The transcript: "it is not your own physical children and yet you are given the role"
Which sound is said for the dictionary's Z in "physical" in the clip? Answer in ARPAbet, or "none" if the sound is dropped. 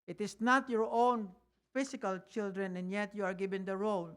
S